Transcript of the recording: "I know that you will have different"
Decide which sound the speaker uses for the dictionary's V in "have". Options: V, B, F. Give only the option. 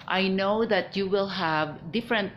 V